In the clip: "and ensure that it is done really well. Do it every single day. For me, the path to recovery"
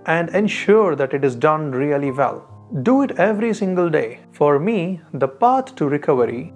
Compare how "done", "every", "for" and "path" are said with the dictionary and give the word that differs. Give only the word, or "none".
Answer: path